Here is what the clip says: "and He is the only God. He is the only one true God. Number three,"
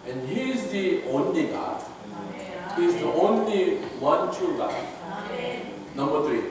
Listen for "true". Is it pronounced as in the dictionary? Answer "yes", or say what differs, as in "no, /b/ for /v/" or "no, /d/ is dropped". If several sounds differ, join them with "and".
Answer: no, /ɹ/ is dropped